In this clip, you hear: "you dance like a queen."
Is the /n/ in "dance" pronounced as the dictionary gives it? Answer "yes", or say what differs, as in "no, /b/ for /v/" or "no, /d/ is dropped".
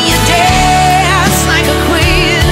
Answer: no, /n/ is dropped